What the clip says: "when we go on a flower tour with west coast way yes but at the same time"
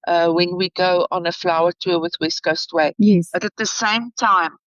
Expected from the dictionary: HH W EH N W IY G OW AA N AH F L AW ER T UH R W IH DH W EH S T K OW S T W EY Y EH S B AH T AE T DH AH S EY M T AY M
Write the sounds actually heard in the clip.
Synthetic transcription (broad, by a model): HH W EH N W IY G OW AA N AH F L AW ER T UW W IH DH W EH S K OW S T W EY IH B AH T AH T DH AH S EY M T AY M